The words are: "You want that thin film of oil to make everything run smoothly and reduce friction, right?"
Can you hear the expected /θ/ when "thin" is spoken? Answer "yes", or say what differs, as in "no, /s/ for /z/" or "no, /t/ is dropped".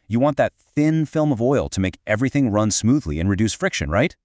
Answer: yes